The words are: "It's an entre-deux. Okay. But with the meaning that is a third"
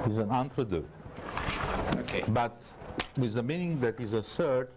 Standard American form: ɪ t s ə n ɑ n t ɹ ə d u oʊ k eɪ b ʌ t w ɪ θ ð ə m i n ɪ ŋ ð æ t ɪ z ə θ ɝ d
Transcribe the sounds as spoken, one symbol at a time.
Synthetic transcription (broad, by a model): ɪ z ə n ɑ n t ɹ ə d u oʊ k eɪ b ʌ t w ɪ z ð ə m i n ɪ ŋ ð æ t ɪ z ə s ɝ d